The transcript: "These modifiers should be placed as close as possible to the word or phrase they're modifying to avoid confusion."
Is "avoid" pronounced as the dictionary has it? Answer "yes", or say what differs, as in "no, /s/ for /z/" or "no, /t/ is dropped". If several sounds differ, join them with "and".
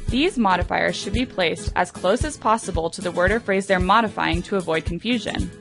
yes